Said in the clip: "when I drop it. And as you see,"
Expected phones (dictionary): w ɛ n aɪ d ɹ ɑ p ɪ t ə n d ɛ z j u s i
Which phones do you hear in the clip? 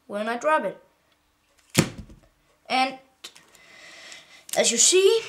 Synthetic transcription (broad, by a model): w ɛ n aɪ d ɹ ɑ b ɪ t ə n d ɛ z j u s i